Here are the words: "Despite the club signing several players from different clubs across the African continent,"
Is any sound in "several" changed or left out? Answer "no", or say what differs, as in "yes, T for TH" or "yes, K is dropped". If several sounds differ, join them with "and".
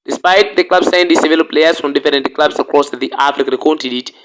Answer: yes, R is dropped